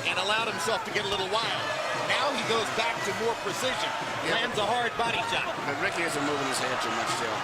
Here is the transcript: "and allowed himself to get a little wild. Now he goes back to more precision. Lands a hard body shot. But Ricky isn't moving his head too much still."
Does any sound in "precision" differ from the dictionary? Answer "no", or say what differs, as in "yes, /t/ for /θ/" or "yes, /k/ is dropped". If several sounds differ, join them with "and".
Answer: no